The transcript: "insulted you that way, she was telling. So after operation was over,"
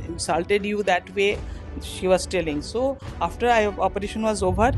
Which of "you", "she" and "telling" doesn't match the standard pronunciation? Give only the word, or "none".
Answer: none